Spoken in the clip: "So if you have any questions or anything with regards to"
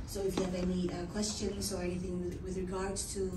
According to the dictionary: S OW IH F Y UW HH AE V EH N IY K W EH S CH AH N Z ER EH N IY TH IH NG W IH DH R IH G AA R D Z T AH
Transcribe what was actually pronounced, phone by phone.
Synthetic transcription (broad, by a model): S OW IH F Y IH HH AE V EH N IY K W EH S CH AH N Z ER EH N IY TH IH NG W IH DH R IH G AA R D T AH